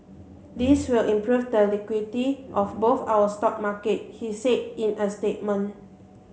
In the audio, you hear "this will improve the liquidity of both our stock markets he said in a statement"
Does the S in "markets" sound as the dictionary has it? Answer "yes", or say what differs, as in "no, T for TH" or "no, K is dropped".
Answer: no, S is dropped